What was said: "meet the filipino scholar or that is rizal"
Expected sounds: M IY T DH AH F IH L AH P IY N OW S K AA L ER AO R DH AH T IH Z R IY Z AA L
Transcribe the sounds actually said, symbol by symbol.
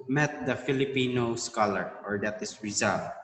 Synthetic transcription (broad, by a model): M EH T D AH F IH L AH P IY N OW S K AA L ER AO R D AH T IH S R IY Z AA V